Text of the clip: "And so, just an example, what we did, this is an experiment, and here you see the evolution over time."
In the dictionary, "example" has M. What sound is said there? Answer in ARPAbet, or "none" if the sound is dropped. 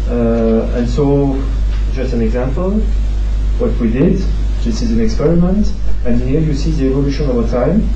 M